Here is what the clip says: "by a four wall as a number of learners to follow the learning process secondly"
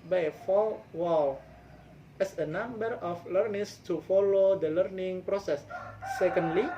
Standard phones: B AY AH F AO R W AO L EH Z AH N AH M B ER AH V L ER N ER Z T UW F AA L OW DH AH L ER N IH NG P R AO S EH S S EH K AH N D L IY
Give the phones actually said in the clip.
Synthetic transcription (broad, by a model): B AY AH F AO L W AO L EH S AH N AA M B ER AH F L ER N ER S T UW F AA L OW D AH L ER N IH NG P R AO S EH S S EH K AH N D L IY